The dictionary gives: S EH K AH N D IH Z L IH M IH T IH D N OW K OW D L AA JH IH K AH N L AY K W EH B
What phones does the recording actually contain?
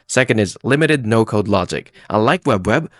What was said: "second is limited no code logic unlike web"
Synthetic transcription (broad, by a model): S EH K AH N D IH Z L IH M IH T IH D N OW K OW D L AA JH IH K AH L AY K W EH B